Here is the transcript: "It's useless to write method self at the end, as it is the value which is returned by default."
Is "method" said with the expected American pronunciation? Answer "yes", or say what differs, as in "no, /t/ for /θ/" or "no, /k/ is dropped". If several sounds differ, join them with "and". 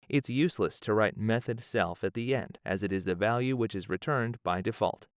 yes